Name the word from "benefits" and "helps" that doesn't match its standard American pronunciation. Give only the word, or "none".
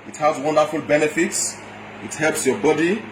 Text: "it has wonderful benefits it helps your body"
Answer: none